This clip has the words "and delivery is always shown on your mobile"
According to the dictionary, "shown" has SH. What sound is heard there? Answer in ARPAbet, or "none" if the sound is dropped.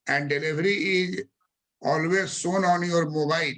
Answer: S